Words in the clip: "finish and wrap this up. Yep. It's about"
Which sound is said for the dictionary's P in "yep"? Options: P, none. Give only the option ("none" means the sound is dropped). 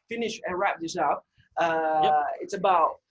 none